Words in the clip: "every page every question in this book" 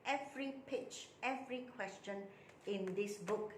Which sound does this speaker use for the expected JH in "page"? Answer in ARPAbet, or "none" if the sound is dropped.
CH